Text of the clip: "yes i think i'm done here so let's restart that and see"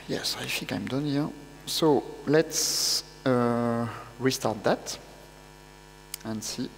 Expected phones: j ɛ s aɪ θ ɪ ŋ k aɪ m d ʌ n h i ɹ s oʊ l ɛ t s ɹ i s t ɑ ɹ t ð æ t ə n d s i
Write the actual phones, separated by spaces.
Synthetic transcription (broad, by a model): j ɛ s aɪ f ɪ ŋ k aɪ m d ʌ n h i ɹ s oʊ l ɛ t s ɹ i s t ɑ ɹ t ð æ t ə n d s i